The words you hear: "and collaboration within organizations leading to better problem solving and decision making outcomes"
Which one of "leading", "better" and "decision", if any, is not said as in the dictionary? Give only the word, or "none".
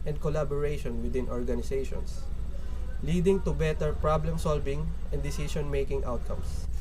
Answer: decision